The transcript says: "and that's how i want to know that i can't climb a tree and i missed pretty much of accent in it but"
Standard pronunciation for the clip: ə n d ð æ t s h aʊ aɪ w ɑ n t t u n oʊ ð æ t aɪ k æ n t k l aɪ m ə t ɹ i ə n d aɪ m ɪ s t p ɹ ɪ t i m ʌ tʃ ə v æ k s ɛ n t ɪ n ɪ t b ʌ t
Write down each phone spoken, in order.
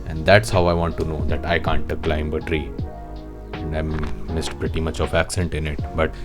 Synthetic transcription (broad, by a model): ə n d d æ t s h aʊ aɪ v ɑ n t t u n oʊ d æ t aɪ k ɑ n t k l aɪ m ə t ɹ i ə n d aɪ m ɪ s t p ɹ ɪ t i m ʌ tʃ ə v æ k s ɛ n t ɪ n ɪ t b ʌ t